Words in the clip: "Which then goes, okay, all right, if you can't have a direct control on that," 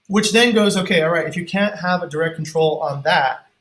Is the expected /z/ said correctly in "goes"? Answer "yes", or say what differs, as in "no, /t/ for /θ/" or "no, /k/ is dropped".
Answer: yes